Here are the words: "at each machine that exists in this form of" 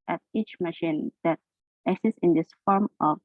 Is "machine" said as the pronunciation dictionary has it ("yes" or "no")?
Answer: yes